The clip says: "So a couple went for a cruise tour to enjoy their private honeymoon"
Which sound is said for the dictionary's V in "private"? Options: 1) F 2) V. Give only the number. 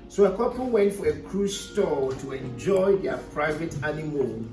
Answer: 2